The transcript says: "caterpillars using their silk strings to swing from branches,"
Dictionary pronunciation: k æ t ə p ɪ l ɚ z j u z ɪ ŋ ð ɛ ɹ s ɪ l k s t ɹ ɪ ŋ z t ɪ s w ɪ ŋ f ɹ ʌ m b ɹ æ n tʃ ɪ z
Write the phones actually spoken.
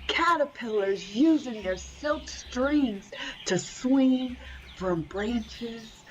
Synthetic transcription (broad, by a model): k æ t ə p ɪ l ɚ z j u z ɪ ŋ ð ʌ ɹ s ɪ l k s t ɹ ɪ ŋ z t ɪ s w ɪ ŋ f ɹ ʌ m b ɹ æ n tʃ ɪ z